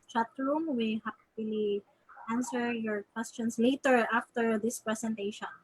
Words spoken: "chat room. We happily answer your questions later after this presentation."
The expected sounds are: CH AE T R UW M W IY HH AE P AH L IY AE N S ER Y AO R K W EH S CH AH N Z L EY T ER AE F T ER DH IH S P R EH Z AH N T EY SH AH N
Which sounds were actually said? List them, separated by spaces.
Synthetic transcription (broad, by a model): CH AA T R UW M W IY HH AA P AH L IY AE N S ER Y AO R K W EH S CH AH N S L EY T ER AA F T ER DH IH S P R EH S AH N T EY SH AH N